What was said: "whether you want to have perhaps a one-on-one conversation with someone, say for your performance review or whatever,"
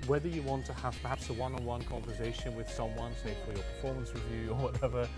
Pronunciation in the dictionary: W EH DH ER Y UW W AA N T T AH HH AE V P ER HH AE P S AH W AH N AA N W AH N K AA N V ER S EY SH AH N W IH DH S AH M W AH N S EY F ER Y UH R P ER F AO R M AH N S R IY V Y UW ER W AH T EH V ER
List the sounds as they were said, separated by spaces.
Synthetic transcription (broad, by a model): W EH DH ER Y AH W AA N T T AH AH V P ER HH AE P S AH W AH N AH W AH N K AA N V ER S EY SH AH N W IH DH S AH M W AH N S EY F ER Y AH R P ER F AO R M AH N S W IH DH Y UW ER W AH T EH V ER